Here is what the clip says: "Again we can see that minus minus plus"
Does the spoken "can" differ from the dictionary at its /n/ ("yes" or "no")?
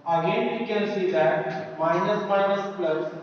yes